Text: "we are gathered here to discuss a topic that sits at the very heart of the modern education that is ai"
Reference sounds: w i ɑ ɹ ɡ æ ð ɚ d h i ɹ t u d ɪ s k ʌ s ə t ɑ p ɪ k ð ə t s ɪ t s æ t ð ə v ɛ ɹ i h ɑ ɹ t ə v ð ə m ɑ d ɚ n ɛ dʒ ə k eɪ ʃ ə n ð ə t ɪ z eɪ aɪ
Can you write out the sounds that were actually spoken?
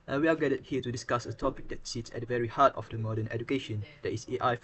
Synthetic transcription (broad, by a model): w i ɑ l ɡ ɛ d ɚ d h i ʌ t u d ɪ s k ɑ s ə t ɑ p ɪ k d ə t s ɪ t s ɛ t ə v ɛ ɹ i h ɑ t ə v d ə m ɑ d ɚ n ɛ dʒ ə k eɪ ʃ ə n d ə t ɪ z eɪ aɪ